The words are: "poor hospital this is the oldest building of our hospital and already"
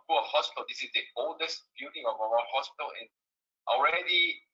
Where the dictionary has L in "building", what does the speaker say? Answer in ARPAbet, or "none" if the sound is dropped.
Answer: none